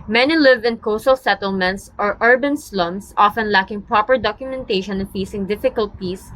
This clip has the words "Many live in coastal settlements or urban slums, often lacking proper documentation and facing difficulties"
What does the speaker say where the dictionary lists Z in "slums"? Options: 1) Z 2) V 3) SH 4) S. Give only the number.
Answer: 4